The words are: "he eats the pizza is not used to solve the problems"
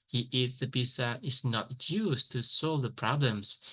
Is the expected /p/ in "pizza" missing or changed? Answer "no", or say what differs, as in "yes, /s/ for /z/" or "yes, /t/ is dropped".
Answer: yes, /b/ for /p/